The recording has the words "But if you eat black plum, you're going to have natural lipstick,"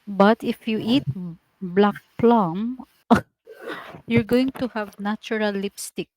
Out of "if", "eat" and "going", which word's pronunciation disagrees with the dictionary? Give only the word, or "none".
none